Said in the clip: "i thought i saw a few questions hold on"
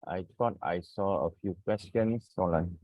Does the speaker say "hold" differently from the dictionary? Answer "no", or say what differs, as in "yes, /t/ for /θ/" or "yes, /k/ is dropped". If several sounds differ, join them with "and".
yes, /d/ is dropped